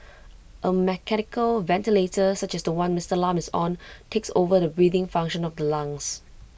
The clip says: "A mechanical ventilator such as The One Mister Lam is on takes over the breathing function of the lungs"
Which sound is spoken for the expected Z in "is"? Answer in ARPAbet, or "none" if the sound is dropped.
S